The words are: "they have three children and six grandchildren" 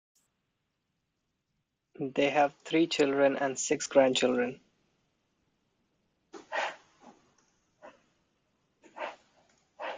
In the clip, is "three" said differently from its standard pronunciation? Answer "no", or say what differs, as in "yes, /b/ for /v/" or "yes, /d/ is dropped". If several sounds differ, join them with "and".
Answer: yes, /t/ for /θ/